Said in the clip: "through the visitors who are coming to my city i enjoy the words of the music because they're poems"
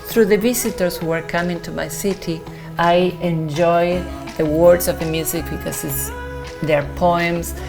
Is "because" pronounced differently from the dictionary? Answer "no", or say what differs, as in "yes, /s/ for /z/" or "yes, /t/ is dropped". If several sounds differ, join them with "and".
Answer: yes, /s/ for /z/